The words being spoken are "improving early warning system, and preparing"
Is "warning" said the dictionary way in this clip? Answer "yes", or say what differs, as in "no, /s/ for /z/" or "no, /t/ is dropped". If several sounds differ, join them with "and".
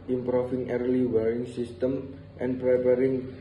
no, /n/ is dropped